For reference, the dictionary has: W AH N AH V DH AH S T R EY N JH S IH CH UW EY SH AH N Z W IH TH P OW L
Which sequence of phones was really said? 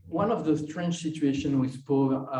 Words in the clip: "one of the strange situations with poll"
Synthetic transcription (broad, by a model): W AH N AH V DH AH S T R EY N CH S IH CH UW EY SH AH N W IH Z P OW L